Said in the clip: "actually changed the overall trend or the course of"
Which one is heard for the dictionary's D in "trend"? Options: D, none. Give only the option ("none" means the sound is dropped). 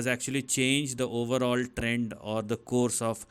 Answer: D